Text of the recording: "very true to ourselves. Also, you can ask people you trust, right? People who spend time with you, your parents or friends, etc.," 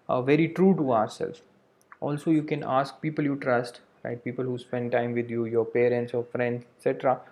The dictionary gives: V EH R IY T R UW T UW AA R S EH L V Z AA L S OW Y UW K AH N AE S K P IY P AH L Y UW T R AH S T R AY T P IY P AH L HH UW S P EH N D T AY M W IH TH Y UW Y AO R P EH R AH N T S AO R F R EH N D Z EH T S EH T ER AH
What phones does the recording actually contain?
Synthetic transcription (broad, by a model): V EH R IY T R UW T UW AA R S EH L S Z AA L S OW Y UW K AH N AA S K P IY P AH L Y UW T R AH S T R AY T P IY P AH L HH UW S P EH N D T AY M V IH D Y UW Y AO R P EH R AH N T S AO R F R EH N D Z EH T S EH T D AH